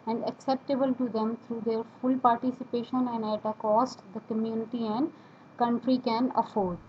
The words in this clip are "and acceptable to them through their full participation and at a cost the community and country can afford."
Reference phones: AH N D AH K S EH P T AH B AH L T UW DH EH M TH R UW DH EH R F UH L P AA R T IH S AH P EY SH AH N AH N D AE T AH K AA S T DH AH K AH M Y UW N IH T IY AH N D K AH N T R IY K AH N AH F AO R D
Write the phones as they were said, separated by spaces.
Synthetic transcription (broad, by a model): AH N D AH K S EH P T AH B AH L T UW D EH M T R UW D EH R F UH L P AA R T IH S AH P EY SH AH N AH N D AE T AH K AA S T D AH K AH M Y UW N IH T IY AH N D K AH N T R IY K AH N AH F AO R D